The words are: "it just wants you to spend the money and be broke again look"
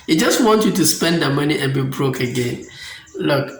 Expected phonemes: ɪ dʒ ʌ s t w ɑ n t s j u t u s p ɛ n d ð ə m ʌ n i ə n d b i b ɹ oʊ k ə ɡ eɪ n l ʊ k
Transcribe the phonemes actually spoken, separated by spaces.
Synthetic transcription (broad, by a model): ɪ dʒ ʌ s t w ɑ n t j u t u s p ɛ n d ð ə m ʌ n i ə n b i b ɹ oʊ k ə ɡ eɪ n l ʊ k